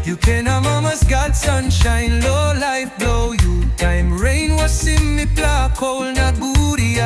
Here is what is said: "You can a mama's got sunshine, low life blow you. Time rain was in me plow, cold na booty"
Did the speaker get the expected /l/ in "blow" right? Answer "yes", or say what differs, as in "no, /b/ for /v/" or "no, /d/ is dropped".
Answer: yes